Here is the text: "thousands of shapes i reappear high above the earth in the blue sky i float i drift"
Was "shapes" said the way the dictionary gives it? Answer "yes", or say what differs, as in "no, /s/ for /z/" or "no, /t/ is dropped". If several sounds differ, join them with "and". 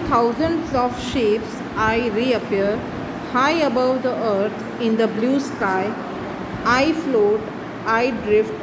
yes